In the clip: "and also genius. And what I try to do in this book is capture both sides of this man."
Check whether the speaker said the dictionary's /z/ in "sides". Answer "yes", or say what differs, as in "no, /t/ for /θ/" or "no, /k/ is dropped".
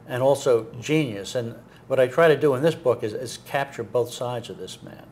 yes